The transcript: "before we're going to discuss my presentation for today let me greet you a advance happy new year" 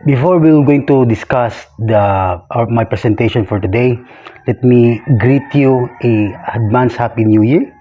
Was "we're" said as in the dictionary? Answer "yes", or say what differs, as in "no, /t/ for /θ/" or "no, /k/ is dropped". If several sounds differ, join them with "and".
no, /w/ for /ɹ/